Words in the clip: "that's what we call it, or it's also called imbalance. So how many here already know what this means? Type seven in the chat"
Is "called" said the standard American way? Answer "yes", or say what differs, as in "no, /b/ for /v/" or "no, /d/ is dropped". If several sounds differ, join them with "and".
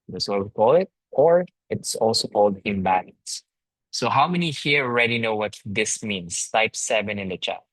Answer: yes